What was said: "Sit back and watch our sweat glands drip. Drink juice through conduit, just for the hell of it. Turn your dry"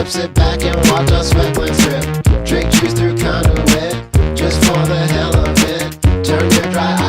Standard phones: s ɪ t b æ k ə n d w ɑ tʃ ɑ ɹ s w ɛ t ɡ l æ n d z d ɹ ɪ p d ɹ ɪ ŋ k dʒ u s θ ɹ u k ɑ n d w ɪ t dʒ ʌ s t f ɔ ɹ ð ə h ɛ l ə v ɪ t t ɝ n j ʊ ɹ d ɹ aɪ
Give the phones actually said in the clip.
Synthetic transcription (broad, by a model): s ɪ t b æ k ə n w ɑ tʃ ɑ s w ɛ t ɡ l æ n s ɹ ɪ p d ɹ ɪ k tʃ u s θ ɹ u k ɑ n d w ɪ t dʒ ʌ s t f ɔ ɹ ð ə h ɛ l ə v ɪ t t ɝ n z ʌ ɹ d ɹ aɪ